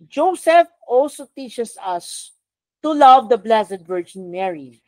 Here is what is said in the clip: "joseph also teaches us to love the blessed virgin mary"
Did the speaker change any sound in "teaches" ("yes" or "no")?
yes